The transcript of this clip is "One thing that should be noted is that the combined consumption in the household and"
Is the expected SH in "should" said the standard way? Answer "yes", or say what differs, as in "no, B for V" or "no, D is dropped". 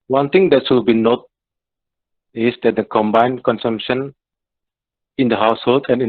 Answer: no, S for SH